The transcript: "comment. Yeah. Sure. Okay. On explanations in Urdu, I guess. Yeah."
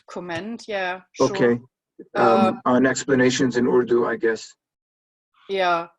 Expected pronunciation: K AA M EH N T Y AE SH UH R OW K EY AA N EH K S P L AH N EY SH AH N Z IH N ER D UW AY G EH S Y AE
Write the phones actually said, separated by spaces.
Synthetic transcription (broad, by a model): K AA M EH N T Y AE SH OW K EY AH N EH K S P L AH N EY SH AH N Z IH N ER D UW AY G EH S Y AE